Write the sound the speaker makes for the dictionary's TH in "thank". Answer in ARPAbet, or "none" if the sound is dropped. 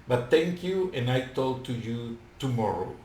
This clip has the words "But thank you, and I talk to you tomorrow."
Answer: T